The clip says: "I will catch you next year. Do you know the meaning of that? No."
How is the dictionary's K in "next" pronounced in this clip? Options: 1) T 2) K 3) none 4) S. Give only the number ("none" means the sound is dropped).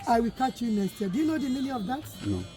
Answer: 3